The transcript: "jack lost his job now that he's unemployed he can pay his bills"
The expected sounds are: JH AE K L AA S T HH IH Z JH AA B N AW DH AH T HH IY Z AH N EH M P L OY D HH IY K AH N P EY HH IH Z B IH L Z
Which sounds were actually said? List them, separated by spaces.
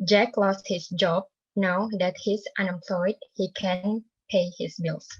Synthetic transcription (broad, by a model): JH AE K L AA S T HH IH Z JH AA B N AW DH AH T HH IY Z AH N EH M P L OY D HH IY K AH N P EY HH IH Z B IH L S